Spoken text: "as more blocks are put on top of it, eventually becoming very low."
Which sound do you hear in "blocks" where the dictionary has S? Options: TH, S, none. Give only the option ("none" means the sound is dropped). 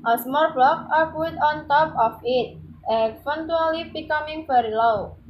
none